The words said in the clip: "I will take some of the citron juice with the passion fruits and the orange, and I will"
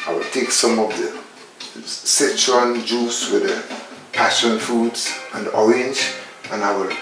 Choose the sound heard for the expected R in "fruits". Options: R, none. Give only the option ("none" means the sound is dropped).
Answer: none